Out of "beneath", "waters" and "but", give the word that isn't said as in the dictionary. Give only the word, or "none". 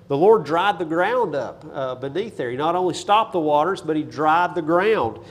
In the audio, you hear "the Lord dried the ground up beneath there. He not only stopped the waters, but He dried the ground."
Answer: none